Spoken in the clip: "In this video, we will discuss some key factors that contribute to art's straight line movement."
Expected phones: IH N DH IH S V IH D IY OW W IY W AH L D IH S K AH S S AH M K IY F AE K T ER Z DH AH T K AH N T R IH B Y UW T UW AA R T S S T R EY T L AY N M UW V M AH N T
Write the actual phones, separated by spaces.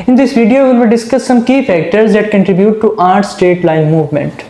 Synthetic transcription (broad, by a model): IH N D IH S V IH D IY OW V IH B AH D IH S K AH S S AH M K IY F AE K T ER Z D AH T K AH N T R IH B Y UW T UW AA R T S S T EY T L AY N M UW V M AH N T